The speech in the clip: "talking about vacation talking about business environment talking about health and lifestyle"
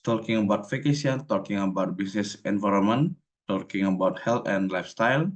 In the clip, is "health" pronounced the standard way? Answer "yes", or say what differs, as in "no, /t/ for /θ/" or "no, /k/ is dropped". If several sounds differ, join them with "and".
no, /t/ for /θ/